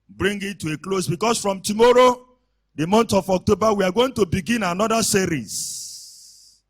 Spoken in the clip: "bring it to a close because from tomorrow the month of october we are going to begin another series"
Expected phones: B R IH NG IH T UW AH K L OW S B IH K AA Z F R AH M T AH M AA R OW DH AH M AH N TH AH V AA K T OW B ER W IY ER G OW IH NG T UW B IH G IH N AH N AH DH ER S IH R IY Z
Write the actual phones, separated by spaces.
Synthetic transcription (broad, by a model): B R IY NG IH T UW AH K L OW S B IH K AA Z F R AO M T AH M AA R OW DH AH M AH N T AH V AA K T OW B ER W IY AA G OW IH NG T UW B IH G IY N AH N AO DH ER S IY R IY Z